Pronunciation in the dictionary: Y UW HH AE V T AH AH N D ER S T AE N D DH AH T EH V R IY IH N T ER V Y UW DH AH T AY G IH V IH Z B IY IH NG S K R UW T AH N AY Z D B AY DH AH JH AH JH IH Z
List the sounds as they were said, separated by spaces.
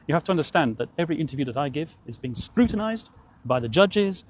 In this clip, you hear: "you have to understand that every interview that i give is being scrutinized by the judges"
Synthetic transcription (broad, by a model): Y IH HH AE F T AH AH N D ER S T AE N DH AH T EH V R IY IH N T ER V Y UW DH AH T AY G IH V IH Z B IY IH NG S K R UW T N AY Z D B AY DH AH JH AH JH IH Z